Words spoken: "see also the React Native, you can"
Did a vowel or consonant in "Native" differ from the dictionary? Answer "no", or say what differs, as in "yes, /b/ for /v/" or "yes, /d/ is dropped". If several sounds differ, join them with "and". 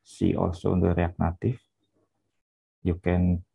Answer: yes, /f/ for /v/